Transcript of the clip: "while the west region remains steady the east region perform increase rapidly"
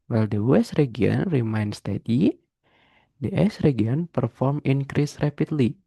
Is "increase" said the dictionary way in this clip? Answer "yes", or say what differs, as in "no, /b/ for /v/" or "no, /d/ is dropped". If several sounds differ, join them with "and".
yes